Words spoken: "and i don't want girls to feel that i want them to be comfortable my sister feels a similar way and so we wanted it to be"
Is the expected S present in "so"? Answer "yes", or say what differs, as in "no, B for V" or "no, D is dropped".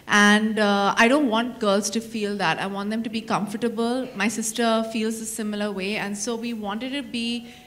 yes